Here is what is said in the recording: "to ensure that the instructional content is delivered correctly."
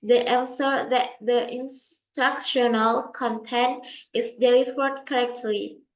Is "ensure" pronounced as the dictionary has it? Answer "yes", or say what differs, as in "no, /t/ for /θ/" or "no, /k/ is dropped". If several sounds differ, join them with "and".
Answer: no, /s/ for /ʃ/